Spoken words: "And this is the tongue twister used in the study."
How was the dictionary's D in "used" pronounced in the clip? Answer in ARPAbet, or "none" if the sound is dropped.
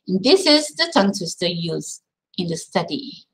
none